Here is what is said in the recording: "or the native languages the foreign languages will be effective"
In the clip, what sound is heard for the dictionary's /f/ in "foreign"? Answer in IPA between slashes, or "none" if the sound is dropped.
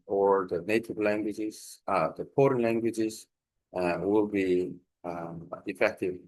/p/